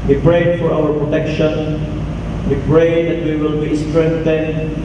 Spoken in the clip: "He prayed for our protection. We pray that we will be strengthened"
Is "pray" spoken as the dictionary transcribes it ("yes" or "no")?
yes